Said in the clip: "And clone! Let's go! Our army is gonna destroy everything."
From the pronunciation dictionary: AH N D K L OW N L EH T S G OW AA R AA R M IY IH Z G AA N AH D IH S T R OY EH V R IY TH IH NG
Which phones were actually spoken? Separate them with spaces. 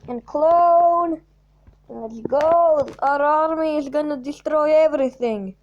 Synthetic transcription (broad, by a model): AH N K L OW N N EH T G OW AA R AA R M IY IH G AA N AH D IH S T R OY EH V R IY TH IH NG